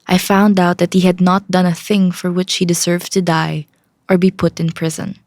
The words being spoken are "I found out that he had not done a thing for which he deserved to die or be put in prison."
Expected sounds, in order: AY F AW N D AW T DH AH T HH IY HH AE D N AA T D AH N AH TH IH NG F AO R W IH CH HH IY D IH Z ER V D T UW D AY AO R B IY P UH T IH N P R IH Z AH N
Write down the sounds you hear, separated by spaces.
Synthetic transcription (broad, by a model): AY F AW N D AW T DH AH T HH IY HH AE D N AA T D AH N AH TH IH NG F AO R W IH CH HH IY D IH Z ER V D T UW D AY AO R B IY P UH T IH N P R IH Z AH N